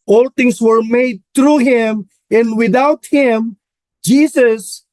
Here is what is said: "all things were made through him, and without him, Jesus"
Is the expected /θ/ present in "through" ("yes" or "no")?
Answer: no